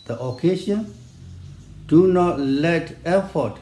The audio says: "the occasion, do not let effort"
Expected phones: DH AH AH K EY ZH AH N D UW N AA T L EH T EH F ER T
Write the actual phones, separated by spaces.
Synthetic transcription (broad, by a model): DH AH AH K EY SH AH N D UW N AA T L EH T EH F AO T